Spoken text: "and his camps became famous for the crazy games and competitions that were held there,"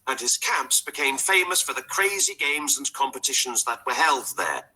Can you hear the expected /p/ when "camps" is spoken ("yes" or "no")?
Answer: yes